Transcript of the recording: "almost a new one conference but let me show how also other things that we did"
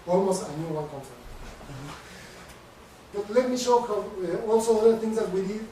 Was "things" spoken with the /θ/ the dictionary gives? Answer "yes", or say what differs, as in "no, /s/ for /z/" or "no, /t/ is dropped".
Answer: no, /t/ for /θ/